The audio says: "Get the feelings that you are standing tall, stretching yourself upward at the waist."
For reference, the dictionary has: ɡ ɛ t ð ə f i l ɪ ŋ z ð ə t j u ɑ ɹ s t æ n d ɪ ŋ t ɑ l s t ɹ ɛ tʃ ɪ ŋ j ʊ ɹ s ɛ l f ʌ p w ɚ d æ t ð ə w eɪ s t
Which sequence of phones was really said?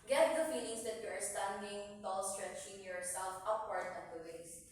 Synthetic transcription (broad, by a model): ɡ ɛ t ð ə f i n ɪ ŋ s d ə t j u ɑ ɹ s t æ n d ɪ ŋ t ɑ l s t ɹ ɛ tʃ ɪ ŋ j ʊ ɹ s ɛ l f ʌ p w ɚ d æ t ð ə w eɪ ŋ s